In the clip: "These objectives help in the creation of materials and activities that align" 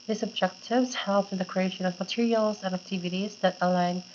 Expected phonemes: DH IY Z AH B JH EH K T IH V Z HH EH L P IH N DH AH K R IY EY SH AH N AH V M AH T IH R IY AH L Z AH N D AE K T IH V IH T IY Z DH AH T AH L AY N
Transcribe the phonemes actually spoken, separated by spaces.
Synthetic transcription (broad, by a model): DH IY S AH B JH EH K T IH V Z HH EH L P IH N DH AH K R IY EY SH AH N AH V M AH T IH R IY AH L Z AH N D AE K T IH V IH T IY Z DH AH T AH L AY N